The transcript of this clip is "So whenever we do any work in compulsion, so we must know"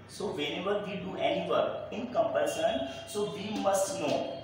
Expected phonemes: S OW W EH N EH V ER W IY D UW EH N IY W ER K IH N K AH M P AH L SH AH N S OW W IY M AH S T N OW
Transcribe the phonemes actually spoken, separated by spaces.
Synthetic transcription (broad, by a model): S OW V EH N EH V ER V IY D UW EH N IY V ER IH N K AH M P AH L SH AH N S OW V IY M AH S T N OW